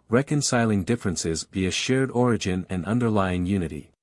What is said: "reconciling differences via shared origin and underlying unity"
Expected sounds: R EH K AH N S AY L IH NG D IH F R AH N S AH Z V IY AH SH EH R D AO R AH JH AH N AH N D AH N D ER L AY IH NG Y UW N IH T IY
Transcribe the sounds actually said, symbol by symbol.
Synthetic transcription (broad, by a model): R EH K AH N S AY L IH NG D IH F R AH N S AH Z B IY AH SH EH R D AO R AH JH AH N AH N AH N D ER L AY IH NG Y UW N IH T IY